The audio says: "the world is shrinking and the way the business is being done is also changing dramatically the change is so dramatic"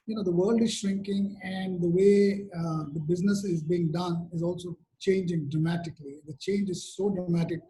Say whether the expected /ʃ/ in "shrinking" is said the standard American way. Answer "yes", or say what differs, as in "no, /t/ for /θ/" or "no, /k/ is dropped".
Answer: yes